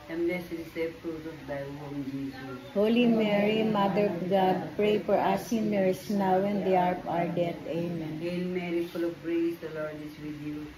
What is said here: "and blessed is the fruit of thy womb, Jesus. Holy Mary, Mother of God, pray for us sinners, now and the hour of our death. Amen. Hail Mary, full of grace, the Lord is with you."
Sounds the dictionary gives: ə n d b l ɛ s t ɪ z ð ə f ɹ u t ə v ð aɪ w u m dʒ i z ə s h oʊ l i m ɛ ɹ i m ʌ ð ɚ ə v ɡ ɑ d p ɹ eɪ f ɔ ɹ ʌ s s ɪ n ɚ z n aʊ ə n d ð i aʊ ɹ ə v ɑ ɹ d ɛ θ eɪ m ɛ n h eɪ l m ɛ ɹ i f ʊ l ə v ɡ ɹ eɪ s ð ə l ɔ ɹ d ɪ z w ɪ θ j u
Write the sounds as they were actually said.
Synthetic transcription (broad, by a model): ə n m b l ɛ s ɪ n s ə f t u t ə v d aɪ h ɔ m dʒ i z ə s h oʊ l i m ɛ ɹ i m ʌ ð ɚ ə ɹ ɡ ɑ d p ɹ eɪ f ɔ ɹ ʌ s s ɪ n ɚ s n aʊ ə n d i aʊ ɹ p ɑ ɹ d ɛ t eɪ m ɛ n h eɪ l m ɛ ɹ i f ʊ l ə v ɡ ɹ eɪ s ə l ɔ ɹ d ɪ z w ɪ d j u